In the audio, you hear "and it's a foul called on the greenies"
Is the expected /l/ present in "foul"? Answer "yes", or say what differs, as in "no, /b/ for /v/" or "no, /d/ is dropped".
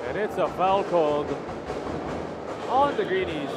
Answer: yes